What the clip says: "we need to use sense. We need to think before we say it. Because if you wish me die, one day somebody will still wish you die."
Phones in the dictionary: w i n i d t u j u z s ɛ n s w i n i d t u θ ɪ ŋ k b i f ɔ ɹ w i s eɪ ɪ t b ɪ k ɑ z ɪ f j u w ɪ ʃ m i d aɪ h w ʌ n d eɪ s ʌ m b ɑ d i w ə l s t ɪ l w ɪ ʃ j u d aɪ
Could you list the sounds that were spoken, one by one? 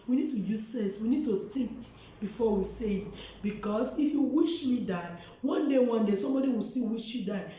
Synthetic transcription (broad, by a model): w i n i d t u j u z s ɛ n s w i n i d t u t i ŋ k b i f ɔ w i s eɪ ɪ t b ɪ k ɑ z ɪ f j u w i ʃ m i d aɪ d w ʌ n d eɪ s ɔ m b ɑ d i w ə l s t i l w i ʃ j u d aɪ